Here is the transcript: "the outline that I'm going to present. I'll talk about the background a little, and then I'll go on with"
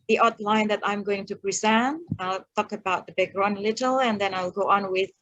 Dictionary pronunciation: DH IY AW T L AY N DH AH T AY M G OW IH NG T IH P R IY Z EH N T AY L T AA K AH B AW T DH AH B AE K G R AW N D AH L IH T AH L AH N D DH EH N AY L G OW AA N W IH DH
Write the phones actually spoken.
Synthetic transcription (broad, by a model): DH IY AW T L AY N DH AH T AY M G OW IH NG T IH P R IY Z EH N AY L T AA K AH B AW T DH AH B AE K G R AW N AH L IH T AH L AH N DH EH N AY L G OW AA N W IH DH